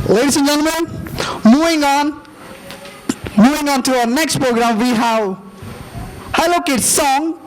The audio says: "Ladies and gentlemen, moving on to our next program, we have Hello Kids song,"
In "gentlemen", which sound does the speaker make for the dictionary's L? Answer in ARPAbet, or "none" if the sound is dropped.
N